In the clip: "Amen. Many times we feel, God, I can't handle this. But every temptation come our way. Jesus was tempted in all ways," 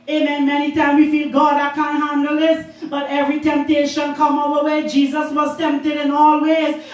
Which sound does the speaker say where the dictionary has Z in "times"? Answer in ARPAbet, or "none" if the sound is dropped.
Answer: none